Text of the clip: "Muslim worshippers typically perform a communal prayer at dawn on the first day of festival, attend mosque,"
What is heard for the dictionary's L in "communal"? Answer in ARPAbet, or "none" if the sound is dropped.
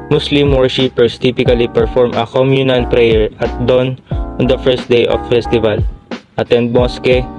N